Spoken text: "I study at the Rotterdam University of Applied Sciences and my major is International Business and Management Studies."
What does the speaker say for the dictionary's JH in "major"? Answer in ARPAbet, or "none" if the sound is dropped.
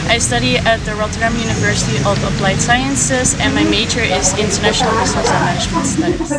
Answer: CH